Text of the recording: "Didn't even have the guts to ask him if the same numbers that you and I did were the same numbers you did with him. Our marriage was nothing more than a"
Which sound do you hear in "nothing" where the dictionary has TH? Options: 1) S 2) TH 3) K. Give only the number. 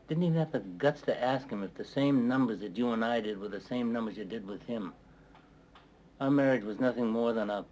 2